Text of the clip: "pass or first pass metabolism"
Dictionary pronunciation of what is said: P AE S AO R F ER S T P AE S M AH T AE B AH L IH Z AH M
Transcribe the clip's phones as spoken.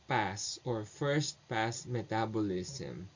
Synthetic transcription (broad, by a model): P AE S AO R F ER S T P AE S M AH T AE B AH L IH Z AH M